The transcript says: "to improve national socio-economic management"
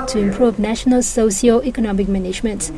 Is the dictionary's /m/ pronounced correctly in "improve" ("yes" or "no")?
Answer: yes